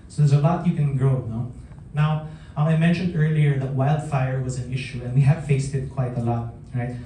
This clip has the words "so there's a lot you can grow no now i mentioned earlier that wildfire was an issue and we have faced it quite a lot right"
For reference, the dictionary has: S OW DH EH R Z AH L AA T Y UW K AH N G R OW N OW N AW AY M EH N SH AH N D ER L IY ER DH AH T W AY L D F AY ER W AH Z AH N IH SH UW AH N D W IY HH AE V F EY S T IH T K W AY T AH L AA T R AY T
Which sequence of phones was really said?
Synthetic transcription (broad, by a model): S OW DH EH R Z AH L AA T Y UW K AH N G R OW N OW N AW AY M EH N SH AH N D ER L IY ER DH AH T W AY L D F AY ER W AH Z AH N IH SH UW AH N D W IY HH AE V F EY S T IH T K W AY T AH L AA T R AY T